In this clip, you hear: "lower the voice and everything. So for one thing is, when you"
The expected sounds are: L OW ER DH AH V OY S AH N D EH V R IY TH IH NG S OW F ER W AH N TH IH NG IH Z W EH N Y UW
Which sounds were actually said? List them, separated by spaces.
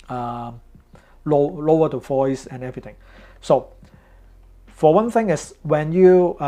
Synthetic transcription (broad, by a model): L OW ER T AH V OY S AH N EH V R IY T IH NG S OW F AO W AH N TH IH NG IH S W EH N Y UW